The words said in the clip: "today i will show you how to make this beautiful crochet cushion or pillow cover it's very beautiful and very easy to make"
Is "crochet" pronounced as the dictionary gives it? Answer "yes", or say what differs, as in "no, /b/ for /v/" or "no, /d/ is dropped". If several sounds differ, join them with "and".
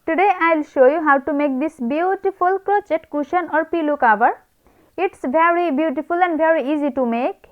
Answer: no, /ɹ/ is dropped